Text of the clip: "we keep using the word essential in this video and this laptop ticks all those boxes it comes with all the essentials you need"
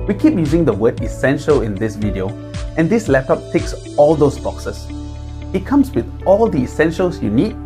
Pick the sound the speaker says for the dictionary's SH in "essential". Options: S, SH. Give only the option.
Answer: SH